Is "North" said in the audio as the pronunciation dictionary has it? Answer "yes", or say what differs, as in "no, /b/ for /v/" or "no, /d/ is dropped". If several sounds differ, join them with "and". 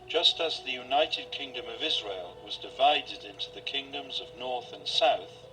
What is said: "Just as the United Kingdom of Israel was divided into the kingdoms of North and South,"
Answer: yes